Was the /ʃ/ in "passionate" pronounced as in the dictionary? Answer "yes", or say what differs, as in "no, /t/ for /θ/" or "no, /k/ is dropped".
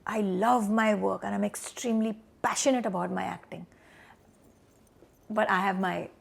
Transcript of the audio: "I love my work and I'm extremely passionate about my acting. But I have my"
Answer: yes